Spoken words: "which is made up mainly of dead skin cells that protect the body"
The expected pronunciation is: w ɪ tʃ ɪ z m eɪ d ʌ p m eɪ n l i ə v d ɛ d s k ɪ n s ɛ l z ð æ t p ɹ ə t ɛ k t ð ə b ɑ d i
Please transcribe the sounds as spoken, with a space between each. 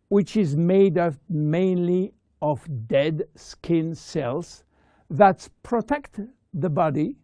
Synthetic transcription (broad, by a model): w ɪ tʃ ɪ z m eɪ d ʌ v m eɪ n l i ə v d ɛ d s k ɪ n s ɛ l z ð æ t p ɹ ə t ɛ k t ð ə b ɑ d i